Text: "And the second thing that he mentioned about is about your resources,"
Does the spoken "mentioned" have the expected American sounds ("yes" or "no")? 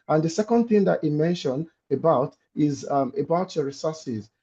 no